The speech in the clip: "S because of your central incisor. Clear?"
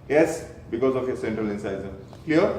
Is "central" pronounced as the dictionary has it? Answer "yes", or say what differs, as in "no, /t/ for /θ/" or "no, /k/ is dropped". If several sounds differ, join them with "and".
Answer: yes